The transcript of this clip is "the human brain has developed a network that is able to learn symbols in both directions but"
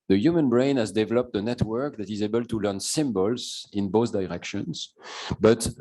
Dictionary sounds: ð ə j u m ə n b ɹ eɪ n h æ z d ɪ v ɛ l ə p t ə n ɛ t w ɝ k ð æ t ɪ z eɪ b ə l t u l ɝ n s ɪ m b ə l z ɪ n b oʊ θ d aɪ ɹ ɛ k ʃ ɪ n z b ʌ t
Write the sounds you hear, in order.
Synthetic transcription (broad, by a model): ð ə j u m ə n b ɹ eɪ n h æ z d ɪ v ɛ l ə p t ə n ɛ t w ɝ k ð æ t ɪ z eɪ b ə l t u l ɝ n s ɪ m b ə l z ɪ n b oʊ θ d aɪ ɹ ɛ k ʃ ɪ n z b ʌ t